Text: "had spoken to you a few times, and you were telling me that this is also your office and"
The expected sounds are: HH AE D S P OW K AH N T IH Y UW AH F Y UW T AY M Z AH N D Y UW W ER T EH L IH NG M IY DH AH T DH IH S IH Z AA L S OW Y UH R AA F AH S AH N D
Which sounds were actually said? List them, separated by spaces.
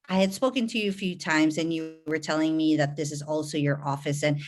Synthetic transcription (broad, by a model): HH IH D S P OW K AH N T IH Y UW AH F Y UW T AY M Z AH N Y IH W ER T EH L IH NG M IY DH AH T DH IH S IH Z AA L S OW Y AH R AA F AH S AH N